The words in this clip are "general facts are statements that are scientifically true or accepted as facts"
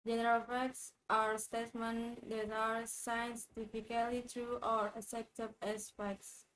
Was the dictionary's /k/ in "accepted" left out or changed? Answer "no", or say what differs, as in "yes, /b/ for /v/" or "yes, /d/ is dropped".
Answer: yes, /k/ is dropped